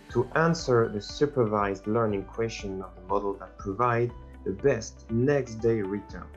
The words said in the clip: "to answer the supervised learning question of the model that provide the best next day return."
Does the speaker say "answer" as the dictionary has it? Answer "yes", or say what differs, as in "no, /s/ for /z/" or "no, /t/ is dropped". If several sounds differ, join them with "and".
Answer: yes